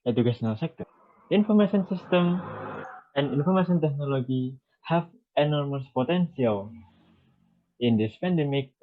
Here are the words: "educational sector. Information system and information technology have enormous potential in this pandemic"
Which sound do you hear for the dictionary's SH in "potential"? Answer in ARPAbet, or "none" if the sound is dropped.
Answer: S